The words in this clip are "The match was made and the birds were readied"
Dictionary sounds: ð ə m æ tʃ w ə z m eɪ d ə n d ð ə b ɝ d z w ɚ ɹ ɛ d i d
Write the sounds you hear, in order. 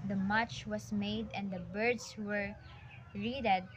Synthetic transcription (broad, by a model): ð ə m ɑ tʃ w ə s m eɪ d ə n d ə b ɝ d s w ɚ ɹ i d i d